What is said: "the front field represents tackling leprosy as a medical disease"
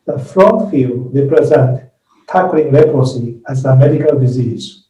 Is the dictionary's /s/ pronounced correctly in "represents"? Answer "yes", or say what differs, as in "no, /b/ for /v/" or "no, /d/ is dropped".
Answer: no, /s/ is dropped